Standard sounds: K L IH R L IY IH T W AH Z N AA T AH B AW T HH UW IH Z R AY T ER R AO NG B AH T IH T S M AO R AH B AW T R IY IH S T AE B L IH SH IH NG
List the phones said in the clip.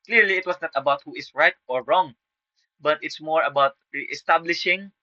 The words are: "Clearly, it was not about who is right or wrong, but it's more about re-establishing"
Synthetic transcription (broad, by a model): K L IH R L IY IH T W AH S N AA T AH B AW T HH UW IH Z R AY T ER R AO NG B AH T IH T S M AO R AH B AW T R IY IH S T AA B L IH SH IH NG